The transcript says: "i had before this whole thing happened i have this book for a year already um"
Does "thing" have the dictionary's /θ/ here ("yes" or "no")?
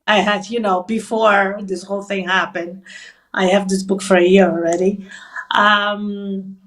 yes